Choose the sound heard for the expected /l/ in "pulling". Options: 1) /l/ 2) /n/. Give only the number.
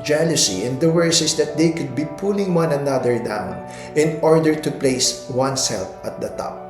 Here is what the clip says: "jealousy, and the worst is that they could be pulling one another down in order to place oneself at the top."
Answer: 1